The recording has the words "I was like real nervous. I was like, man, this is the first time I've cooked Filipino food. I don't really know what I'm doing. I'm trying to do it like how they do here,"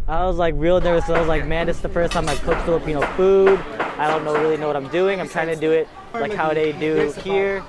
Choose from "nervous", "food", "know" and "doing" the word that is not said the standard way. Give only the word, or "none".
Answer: nervous